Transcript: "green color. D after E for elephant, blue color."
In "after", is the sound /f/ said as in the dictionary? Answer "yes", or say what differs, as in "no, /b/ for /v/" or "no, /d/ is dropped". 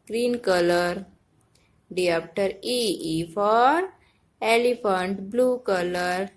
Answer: no, /p/ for /f/